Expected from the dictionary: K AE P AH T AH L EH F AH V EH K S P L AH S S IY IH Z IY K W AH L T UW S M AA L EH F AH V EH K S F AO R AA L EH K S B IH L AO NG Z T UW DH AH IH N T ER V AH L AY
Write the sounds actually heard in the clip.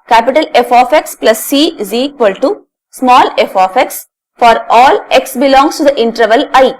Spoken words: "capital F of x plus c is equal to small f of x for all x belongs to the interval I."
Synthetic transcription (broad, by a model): K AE P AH T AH L EH F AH F EH K S P L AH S S IY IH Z IY K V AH L T UW S M AA L EH F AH F EH K S F AO R AA L EH K S B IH L AO NG S T UW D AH IH N T ER V AH L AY